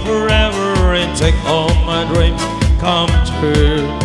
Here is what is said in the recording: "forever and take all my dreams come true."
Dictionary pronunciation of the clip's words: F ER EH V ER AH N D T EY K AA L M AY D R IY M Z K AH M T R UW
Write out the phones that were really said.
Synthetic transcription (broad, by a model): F ER EH V ER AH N T EY K AA L M AY D R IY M K AH M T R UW